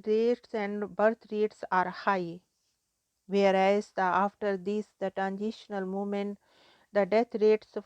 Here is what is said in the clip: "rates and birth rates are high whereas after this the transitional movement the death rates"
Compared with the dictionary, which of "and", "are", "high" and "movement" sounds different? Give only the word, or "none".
movement